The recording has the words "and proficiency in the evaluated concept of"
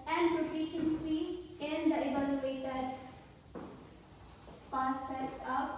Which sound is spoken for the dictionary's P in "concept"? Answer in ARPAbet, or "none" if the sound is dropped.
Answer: none